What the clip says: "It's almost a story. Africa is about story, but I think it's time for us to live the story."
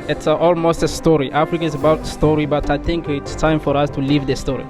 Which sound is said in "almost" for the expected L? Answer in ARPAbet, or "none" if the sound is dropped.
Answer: L